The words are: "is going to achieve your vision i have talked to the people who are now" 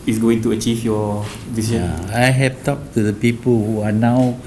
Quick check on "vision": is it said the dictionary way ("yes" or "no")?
no